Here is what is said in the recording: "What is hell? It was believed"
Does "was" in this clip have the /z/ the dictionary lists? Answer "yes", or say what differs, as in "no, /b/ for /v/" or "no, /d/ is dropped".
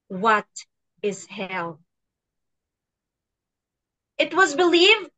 yes